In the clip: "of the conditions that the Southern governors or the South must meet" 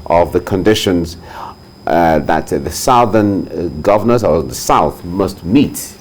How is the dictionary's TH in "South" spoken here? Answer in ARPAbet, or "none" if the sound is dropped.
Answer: TH